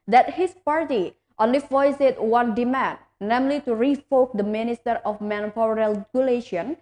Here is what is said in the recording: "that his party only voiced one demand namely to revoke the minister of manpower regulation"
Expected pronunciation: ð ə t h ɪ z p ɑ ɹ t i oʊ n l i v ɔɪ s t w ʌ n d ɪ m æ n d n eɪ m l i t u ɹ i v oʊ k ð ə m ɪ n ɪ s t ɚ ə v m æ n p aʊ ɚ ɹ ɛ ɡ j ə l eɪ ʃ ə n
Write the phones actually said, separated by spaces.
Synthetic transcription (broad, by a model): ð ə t h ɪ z p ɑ ɹ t i oʊ n l i f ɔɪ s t w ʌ n d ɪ m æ n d n eɪ m l i t u ɹ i f oʊ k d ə m ɪ n ɪ s t ɚ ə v m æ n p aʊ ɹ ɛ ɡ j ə l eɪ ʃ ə n